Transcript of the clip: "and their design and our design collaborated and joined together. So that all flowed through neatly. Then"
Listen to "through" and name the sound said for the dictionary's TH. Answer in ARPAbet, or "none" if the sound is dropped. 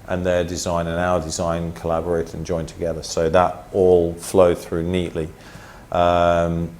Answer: TH